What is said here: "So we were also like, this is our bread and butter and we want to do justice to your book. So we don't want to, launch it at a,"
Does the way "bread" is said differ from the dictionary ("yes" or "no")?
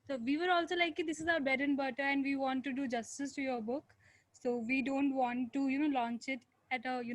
yes